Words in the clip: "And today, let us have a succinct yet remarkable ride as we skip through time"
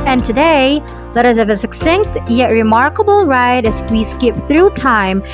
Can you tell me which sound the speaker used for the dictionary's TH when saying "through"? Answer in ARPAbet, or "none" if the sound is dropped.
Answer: TH